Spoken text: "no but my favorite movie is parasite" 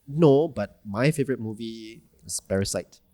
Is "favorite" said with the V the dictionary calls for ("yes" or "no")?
yes